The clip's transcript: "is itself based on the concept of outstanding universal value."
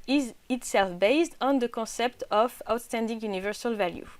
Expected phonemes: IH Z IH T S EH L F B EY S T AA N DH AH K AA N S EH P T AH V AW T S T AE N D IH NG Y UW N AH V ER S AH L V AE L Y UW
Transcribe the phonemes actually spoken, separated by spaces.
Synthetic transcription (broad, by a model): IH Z IH T S EH L F B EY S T AA N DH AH K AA S EH P T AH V AW T S T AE N D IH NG Y UW N AH V ER S AH L V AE L Y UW